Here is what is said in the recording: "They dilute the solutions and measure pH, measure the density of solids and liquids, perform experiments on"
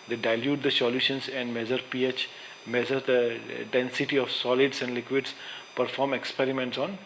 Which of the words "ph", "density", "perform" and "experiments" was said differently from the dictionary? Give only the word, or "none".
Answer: none